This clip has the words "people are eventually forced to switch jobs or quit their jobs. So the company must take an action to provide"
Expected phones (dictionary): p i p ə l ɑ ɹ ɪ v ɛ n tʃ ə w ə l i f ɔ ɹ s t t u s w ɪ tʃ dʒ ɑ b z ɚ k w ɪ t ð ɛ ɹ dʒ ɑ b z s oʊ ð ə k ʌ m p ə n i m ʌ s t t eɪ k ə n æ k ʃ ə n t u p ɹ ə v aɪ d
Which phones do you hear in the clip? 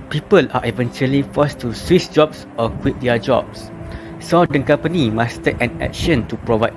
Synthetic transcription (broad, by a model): p i p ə l ɑ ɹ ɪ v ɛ n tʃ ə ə l i f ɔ s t t u s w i s dʒ ɑ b s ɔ k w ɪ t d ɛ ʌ dʒ ɑ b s s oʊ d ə k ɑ m p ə n i m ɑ s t t eɪ k ə n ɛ k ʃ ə n t u p ɹ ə v aɪ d